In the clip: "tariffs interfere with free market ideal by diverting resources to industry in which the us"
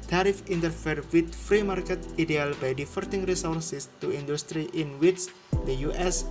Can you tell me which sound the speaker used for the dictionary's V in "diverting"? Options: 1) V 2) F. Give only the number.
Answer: 2